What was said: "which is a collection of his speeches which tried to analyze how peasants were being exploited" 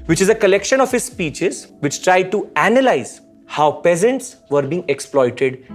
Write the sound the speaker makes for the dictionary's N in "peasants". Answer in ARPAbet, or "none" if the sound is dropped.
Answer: N